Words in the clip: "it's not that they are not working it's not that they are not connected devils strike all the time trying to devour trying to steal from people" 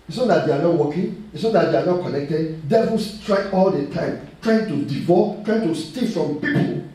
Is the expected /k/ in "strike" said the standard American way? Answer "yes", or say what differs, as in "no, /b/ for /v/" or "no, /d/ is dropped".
no, /k/ is dropped